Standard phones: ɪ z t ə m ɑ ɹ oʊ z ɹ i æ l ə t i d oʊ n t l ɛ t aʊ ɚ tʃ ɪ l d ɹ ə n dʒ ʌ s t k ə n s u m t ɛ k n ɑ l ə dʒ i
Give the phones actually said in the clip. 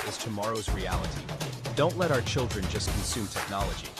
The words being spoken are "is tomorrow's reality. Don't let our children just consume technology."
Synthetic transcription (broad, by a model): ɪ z t ə m ɑ ɹ oʊ z ɹ i æ l ə t i d oʊ n t l ɛ t aʊ ɚ tʃ ɪ l d ɹ ə n dʒ ʌ s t k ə n s u m t ɛ k n ɑ l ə dʒ i